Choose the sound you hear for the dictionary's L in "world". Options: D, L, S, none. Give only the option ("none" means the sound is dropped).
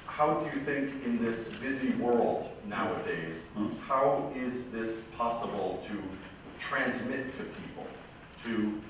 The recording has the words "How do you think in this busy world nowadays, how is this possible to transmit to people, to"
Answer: L